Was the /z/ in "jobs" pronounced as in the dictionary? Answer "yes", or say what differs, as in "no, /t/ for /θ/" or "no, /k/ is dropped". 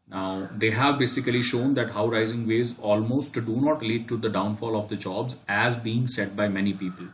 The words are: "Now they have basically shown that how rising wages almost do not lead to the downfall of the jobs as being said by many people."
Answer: yes